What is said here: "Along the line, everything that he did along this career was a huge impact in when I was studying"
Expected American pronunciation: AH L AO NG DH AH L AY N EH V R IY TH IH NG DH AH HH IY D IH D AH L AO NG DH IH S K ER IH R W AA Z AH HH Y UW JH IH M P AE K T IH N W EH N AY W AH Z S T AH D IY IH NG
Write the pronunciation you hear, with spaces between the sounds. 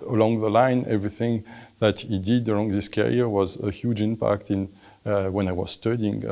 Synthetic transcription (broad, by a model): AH L AO NG DH AH L AY N EH V R IY TH IH NG DH AH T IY D IH D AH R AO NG DH IH S K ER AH R W AA Z AH HH Y UW JH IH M P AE K T IH N W EH N AY W AH Z S T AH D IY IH NG